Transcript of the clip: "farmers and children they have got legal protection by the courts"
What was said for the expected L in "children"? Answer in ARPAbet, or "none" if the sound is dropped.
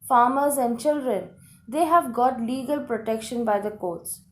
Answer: L